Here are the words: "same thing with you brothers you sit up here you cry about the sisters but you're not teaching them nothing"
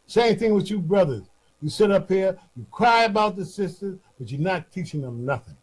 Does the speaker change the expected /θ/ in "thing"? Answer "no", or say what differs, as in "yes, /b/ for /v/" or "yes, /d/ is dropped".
no